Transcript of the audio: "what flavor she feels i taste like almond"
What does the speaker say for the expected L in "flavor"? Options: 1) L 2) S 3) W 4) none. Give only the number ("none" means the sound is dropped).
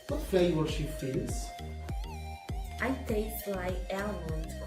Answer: 4